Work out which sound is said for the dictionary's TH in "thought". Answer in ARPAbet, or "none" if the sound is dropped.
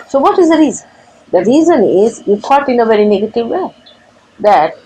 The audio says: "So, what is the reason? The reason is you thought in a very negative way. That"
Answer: F